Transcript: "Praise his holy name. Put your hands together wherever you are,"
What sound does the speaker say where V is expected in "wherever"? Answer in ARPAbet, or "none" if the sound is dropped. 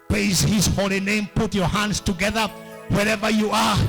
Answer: V